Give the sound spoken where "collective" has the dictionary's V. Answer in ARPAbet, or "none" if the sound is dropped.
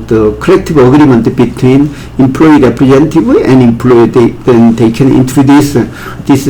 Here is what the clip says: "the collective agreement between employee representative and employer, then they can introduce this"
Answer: B